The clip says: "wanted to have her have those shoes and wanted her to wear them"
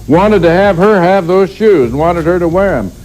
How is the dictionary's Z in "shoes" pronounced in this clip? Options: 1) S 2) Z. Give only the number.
2